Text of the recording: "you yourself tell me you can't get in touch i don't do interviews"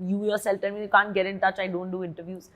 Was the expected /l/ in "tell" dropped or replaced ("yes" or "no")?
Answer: yes